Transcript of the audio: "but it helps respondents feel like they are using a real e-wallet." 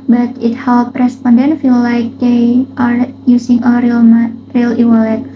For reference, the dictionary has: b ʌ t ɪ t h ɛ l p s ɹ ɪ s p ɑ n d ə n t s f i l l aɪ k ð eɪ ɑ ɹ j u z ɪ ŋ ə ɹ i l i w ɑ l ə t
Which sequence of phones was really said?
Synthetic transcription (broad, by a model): b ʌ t ɪ t h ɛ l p ɹ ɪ s p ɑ n d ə n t f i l l aɪ k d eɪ ɑ ɹ j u s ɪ ŋ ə ɹ i l i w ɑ l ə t